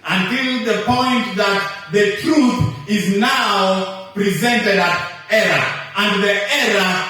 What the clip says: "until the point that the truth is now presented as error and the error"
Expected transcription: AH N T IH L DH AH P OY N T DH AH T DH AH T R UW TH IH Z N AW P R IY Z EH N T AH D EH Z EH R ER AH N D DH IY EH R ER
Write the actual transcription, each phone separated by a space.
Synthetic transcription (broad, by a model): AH N T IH L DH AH P OY N T DH AH T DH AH T R UW TH IH Z N AW P R IY Z EH N T AH D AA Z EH R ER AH N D DH IY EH R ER